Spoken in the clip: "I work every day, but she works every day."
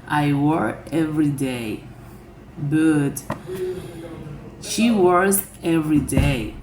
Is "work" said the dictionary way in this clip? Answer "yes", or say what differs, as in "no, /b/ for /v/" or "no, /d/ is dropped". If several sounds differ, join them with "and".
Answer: no, /k/ is dropped